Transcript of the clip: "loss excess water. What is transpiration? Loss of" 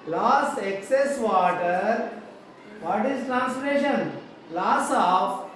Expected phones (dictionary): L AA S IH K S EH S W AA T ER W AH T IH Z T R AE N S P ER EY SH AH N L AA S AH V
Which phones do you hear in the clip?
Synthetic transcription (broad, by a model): L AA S IH K S EH S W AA T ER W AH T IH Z T R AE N S F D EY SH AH N L AA S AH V